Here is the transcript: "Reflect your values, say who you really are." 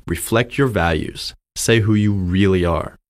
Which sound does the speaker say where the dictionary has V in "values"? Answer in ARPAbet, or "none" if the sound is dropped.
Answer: V